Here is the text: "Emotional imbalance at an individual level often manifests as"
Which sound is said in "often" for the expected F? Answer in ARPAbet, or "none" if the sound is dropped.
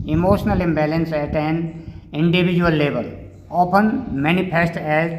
P